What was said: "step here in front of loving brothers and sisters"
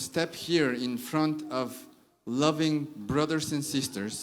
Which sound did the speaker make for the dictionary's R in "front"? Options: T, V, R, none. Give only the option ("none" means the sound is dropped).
R